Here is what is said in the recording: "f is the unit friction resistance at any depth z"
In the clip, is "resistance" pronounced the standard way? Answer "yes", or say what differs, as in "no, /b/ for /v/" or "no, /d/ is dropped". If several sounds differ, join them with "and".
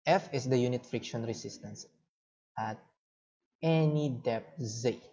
no, /s/ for /z/